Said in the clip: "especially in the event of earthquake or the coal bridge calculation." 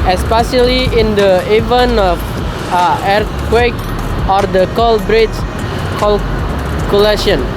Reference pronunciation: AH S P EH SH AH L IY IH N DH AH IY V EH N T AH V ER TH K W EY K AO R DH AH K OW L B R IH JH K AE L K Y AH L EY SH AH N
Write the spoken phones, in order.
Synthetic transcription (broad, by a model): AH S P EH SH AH L IY IH N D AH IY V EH N AH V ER K W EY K AO R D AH K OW L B R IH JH K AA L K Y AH L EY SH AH N